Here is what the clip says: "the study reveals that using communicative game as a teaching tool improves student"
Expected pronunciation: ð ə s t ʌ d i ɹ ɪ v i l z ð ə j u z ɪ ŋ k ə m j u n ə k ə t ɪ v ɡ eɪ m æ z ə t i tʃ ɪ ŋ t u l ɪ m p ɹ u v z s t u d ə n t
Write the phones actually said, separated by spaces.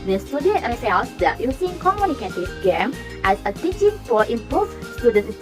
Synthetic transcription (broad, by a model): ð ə s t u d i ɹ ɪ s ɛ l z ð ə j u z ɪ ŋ k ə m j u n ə k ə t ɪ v ɡ eɪ m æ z ə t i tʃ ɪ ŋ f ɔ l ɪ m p u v s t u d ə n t